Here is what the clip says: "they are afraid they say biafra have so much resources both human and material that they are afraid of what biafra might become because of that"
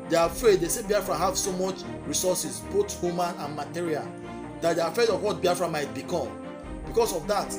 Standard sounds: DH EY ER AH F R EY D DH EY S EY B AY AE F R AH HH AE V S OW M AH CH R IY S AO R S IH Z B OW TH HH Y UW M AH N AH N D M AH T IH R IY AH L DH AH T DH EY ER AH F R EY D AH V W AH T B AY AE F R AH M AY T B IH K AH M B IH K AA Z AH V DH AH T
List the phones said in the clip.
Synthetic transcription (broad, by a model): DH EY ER AH F R EY D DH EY S EY B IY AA F R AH HH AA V S OW M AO CH R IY S AO S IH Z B OW T HH Y UW M AH N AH N M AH T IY R IY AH L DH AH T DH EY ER AH F R EY D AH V W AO T B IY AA F R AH M AY T B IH K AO M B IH K AA S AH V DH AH T